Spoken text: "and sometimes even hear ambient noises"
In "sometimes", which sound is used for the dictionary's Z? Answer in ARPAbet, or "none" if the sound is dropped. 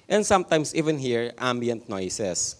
S